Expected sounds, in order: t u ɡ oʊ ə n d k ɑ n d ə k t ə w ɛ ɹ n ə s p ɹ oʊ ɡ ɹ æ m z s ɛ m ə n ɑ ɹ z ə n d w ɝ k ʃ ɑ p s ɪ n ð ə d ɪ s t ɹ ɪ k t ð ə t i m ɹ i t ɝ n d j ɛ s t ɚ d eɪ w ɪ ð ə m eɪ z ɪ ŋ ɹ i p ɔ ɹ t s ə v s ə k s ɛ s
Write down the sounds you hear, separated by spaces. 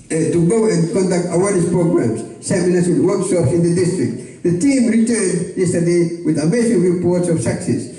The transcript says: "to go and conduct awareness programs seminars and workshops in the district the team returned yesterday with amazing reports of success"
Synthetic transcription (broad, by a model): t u ɡ oʊ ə n k ɑ n d ə k t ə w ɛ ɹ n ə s p ɹ oʊ ɡ ɹ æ m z s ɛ m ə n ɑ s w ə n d w ɝ k ʃ ɑ p s ɪ n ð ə d ɪ s t ɹ ɪ k t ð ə t i m ɹ i t ɝ n d j ɛ s t ɚ d eɪ w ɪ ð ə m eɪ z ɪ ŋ ɹ i p ɔ ɹ t s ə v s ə k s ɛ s